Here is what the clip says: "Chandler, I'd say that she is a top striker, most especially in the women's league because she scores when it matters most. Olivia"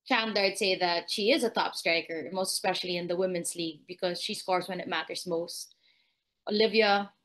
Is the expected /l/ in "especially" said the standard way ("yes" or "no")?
yes